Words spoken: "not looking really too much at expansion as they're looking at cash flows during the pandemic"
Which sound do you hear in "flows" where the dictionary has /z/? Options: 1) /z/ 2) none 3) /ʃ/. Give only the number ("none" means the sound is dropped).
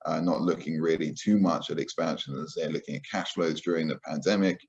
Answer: 1